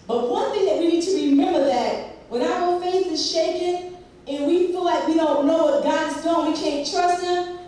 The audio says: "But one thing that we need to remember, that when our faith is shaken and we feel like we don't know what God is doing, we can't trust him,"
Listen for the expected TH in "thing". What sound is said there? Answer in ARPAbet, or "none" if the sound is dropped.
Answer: TH